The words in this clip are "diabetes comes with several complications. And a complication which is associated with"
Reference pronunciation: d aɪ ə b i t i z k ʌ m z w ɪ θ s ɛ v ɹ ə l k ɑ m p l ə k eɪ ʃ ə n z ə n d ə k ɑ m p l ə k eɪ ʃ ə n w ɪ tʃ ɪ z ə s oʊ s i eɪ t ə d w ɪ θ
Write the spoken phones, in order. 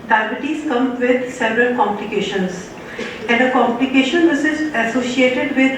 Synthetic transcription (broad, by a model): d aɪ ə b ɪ t i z k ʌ m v ɪ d s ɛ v ɹ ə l k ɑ m p l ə k eɪ ʃ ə n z ə n d ə k ɑ m p l ə k eɪ ʃ ə n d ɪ s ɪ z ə s oʊ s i eɪ t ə d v ɪ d